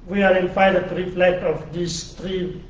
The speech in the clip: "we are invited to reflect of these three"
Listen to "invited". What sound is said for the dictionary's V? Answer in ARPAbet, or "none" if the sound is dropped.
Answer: F